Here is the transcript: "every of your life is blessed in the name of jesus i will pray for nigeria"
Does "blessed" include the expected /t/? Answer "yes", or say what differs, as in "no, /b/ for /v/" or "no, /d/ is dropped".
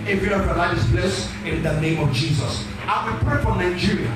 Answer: no, /t/ is dropped